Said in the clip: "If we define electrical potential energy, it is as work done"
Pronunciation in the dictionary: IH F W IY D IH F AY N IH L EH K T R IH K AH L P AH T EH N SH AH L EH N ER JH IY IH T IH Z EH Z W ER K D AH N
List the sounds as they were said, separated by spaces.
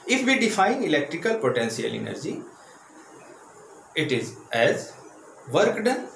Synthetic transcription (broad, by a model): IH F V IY D IH F AY N IH L EH K T R IH K AH L P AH T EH N S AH L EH N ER JH IY IH T IH Z EH Z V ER K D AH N